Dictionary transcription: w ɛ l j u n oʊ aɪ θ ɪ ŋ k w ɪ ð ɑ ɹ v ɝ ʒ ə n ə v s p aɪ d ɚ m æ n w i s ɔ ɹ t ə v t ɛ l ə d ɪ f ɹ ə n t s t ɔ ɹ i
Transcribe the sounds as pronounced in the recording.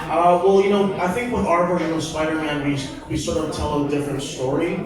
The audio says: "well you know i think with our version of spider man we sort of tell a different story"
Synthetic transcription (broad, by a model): w ɛ l j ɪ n oʊ aɪ θ ɪ ŋ k w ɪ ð ɑ ɹ b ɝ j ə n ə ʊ s p aɪ d ɚ m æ n w i s ɔ ɹ t ə v t ɛ l ə d ɪ f ɹ ə n t s t ɔ ɹ i